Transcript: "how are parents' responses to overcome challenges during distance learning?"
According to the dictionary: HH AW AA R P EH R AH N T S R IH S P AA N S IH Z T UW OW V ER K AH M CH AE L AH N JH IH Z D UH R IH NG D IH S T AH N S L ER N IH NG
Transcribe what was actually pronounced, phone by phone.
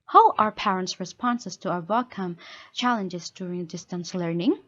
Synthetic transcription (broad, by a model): HH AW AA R P EH R AH N T S R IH S P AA N S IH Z T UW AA ER K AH M CH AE L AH N JH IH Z D UH R IH NG D IH S T AH N S L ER N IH NG